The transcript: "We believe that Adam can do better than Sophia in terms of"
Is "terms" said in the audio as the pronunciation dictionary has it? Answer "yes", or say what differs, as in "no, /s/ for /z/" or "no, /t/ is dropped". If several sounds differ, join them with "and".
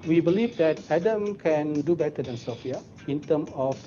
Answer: no, /z/ is dropped